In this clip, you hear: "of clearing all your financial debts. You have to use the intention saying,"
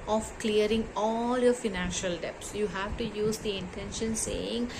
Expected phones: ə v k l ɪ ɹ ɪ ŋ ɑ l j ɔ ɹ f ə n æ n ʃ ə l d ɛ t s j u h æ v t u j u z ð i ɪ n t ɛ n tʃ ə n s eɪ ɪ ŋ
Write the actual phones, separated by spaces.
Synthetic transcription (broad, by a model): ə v k l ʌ ɹ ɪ ŋ ɑ l j ɔ ɹ f ə n æ n ʃ ə l d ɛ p s j u h æ v t u j u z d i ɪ n t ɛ n ʃ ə n s eɪ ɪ ŋ